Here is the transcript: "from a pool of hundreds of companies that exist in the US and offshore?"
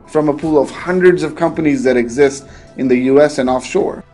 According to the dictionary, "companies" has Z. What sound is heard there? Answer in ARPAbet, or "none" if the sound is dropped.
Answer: Z